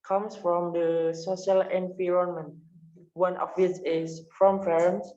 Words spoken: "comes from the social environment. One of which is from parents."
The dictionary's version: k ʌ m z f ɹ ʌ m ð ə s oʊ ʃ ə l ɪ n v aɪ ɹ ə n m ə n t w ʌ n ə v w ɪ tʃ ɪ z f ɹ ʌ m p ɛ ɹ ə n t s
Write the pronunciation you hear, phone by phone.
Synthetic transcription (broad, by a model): k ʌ m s f ɹ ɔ m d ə s oʊ ʃ ə l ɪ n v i ɹ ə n m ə n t w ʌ n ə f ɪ s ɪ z f ɹ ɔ m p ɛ ɹ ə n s